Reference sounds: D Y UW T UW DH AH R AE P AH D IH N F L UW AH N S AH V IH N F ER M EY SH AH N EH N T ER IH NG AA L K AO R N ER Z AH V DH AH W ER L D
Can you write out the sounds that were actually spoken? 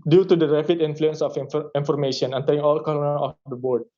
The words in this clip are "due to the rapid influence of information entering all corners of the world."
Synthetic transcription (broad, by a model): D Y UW T UW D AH R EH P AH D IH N F L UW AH N S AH F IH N F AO M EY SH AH N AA N T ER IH NG AA L K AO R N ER AH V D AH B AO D